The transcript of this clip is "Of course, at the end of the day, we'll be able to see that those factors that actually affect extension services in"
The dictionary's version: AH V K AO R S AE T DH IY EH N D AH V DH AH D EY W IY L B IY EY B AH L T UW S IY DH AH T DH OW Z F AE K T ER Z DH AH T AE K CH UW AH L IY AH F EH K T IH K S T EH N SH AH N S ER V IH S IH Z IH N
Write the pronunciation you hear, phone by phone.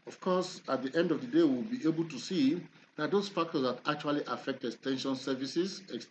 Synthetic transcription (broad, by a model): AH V K AO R S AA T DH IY EH N D AH V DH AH D EY W IY L B IY EY B AH L T UW S IY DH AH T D OW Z F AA K T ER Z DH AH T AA K CH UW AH L IY AH F EH K T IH S T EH N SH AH N S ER V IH S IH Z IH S